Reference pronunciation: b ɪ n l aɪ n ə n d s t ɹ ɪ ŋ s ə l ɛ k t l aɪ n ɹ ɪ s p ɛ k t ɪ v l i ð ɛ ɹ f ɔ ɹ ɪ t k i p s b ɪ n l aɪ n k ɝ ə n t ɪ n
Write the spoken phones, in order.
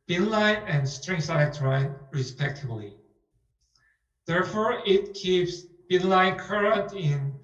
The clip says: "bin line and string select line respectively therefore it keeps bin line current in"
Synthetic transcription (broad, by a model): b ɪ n l aɪ n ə n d s t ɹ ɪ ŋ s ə ɪ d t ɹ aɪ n ɹ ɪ s p ɛ k t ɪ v l i ð ɛ ɹ f ɔ ɹ ɪ t k i p s b ɪ n l aɪ n k ɝ ə n t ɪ n